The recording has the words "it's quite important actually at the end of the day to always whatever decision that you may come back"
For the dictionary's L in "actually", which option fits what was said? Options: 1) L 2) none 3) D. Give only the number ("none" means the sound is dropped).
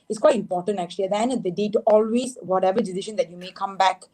2